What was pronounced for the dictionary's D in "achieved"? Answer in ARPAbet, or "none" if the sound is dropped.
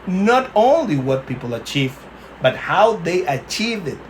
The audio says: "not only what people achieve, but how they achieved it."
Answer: none